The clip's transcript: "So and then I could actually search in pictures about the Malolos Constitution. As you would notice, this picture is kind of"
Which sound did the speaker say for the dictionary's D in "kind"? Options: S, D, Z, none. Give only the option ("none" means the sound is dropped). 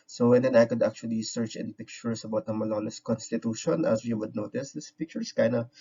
none